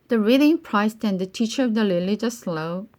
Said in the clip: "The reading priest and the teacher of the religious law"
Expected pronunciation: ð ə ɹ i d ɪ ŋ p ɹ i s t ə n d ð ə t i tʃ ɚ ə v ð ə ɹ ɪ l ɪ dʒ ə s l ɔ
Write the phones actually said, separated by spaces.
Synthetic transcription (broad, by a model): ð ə ɹ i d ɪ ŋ p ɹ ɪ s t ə n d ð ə t i tʃ ɚ ə v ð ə l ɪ l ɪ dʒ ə s l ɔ